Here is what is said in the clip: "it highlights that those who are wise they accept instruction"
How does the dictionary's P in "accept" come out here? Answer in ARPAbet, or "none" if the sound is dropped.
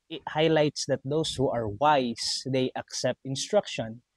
P